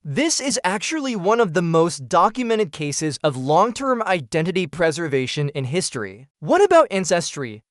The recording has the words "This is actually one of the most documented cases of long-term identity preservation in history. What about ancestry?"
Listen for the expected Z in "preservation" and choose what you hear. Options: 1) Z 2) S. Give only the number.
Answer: 1